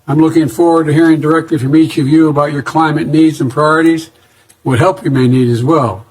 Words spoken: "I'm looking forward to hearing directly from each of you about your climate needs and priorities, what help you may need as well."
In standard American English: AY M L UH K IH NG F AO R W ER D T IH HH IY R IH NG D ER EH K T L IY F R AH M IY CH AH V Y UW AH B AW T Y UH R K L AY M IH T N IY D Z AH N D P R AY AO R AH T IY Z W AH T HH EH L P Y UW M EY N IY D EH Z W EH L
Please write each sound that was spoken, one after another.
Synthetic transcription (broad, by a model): AY M L UH K IH NG F AO R W ER D T IH HH IY R IH NG D ER EH K T L IY F R AH M IY CH AH V Y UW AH B AW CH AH R K L AY M IH T N IY D Z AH N P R AY AO R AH T IY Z W AH T HH EH L P Y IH M EY N IY D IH Z W EH L